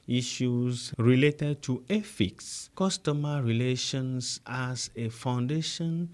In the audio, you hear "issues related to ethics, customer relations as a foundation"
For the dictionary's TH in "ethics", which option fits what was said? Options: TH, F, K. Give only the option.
F